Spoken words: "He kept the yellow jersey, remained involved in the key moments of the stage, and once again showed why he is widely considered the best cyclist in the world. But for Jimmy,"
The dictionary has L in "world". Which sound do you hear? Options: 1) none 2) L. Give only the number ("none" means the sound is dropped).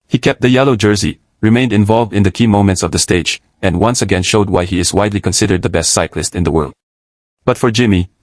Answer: 2